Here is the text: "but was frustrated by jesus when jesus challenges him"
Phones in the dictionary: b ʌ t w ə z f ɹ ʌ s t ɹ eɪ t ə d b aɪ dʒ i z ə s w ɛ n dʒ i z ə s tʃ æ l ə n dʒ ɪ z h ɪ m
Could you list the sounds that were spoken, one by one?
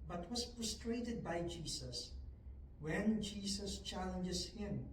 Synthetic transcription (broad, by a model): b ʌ t w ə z p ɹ s t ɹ eɪ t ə d b aɪ dʒ i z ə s w ɛ n dʒ i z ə s tʃ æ l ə n dʒ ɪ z h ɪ m